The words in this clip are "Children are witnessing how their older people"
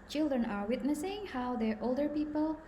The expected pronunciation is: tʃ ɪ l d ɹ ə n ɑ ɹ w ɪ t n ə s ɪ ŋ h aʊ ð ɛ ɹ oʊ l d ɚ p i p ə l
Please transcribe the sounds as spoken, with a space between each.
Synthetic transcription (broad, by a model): tʃ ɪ l d ɹ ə n ɑ ɹ w ɪ t n ə s ɪ ŋ h aʊ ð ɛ ɹ oʊ l d ɚ p i p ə l